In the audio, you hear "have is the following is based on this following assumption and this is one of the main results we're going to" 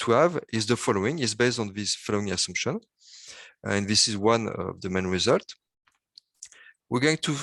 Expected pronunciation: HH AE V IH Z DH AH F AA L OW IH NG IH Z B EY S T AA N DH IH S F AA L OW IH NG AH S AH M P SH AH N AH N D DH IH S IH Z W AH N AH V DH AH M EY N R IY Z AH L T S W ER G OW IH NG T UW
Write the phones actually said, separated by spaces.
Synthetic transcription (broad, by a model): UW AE V IH Z DH AH F AA L OW IH NG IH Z B EY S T AA N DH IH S F AA L OW IH NG AH S AH M P SH AH N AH N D DH IH S IH Z W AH N AH V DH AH M EY N R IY Z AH L T W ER G OW IH NG T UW